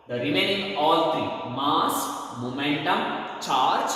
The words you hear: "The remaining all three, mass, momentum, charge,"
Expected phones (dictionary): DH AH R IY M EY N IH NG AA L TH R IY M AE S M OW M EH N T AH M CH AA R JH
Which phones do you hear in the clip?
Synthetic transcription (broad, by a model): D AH R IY M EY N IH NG AA L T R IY M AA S M OW M EH N T AH M CH AA R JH